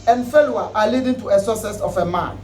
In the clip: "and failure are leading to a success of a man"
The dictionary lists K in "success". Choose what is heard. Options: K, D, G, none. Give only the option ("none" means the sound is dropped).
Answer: none